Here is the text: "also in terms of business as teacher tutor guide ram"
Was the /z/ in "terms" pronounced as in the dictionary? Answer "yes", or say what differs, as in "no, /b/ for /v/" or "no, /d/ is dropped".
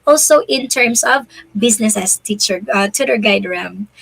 no, /s/ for /z/